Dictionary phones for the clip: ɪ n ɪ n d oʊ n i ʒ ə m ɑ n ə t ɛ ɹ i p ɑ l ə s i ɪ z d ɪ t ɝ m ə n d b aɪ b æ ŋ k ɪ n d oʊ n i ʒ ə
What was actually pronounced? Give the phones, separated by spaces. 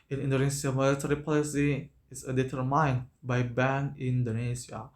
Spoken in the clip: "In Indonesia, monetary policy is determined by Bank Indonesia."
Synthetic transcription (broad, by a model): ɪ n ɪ n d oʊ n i s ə m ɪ l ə t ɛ ɹ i p ɑ l ə s i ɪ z d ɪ t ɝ m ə n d b aɪ b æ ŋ ɪ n d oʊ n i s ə